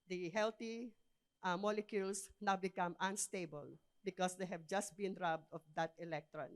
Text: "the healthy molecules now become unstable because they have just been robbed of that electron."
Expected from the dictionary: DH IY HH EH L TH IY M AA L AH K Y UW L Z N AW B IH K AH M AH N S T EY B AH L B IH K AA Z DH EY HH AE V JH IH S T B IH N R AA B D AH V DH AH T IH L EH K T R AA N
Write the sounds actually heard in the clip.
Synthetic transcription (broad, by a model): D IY HH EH L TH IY M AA L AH K Y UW L S N AW B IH K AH M AH N S T EY B AH L B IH K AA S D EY HH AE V JH IH S T B IH N R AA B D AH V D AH T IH L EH K T R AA N